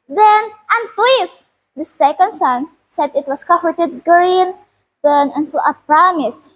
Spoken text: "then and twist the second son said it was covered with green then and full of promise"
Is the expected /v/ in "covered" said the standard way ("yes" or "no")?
no